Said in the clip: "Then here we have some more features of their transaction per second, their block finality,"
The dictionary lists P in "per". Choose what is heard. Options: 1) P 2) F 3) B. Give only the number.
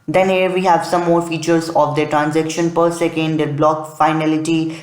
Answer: 1